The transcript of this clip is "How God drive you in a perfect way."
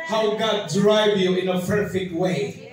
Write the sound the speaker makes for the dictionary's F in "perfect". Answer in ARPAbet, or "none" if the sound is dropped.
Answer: F